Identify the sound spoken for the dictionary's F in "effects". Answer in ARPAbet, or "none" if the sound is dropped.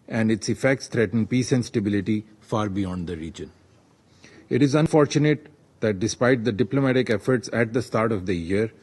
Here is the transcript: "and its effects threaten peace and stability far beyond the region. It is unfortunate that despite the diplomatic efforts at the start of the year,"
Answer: F